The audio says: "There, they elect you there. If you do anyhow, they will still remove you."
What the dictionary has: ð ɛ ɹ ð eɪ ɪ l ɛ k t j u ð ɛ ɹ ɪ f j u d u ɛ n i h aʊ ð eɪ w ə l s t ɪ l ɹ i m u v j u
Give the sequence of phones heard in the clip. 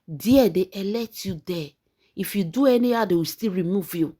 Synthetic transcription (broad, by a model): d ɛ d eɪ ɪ l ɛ t j u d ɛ ɪ f j u d u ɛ n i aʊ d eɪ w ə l s t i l ɹ i m u v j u